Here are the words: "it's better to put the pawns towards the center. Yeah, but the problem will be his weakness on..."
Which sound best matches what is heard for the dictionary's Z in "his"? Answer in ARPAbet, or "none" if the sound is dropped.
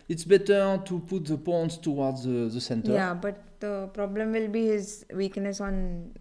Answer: Z